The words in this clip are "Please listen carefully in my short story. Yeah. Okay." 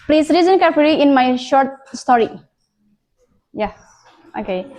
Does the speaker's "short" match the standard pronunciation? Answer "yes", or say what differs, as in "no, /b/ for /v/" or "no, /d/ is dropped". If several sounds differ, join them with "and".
yes